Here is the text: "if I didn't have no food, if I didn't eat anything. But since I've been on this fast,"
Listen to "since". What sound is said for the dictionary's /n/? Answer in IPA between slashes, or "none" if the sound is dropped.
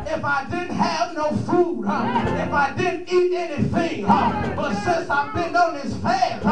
none